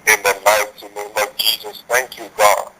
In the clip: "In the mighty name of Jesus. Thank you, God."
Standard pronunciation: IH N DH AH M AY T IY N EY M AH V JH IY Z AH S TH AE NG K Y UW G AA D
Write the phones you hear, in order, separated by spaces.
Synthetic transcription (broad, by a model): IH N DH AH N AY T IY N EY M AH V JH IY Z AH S T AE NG K Y UW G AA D